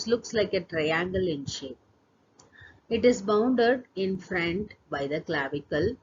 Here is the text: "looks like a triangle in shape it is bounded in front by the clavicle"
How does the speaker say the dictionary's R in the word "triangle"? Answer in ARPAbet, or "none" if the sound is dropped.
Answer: R